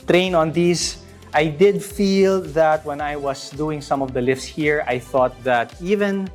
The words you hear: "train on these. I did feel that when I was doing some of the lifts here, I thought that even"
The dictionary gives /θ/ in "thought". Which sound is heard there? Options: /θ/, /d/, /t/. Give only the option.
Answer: /θ/